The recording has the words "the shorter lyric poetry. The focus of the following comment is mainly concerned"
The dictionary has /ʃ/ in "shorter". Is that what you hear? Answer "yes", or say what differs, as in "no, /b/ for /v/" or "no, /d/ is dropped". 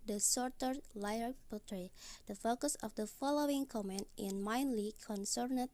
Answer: no, /s/ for /ʃ/